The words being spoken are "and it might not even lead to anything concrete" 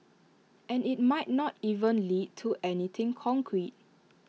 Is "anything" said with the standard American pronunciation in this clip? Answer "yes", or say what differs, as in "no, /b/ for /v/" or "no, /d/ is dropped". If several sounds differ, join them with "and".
no, /t/ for /θ/